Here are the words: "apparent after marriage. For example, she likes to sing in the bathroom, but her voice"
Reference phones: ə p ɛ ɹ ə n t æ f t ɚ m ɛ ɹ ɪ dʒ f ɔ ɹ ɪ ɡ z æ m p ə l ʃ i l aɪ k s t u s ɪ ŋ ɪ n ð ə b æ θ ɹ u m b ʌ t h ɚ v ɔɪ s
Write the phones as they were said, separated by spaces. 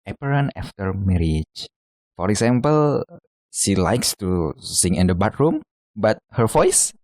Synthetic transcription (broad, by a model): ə p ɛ ɹ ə n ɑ f t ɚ m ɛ ɹ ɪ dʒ f ɔ ɹ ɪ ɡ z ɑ m p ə l ʃ i l aɪ k s t u s ɪ ŋ ɪ n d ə b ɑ t ɹ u m b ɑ t h ɚ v ɔɪ s